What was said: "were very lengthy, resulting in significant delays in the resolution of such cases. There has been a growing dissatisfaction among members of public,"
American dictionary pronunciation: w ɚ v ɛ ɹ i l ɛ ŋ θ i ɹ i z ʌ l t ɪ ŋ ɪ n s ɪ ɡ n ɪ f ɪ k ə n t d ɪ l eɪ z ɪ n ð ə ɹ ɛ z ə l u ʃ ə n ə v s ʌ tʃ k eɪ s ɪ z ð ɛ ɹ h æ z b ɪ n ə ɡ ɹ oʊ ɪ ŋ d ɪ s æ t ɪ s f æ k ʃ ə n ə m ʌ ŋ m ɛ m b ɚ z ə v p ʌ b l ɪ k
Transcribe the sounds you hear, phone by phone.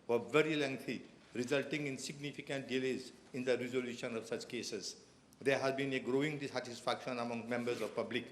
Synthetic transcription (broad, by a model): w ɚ v ɛ ɹ i l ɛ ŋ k i ɹ i z ʌ l t ɪ ŋ ɪ n s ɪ ɡ n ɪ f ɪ k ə n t d ɪ l eɪ z ɪ n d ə ɹ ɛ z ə l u ʃ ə n ə v s ʌ tʃ k eɪ s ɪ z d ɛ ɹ h æ z b ɪ n ə ɡ ɹ oʊ ɪ ŋ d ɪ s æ t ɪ s f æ k ʃ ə n ə m ʌ ŋ m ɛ m b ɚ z ə v p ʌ b l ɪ k